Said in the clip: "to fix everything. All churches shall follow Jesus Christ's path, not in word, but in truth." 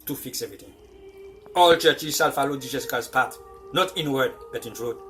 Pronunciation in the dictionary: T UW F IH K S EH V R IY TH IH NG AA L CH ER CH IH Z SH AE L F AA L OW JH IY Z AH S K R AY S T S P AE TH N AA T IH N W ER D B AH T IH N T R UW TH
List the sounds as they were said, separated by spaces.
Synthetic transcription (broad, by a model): T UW F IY K S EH V R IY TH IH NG AA L CH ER CH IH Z S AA L F AA L OW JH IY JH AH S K AY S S P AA T N AA T IH N W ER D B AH T IH N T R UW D